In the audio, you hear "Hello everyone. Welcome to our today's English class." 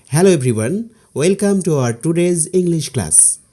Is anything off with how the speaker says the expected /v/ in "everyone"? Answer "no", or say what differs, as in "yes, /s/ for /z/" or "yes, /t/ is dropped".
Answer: yes, /b/ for /v/